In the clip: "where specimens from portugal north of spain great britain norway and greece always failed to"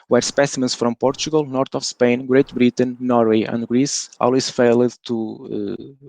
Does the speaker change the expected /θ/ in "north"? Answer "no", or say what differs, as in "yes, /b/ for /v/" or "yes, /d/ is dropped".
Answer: yes, /t/ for /θ/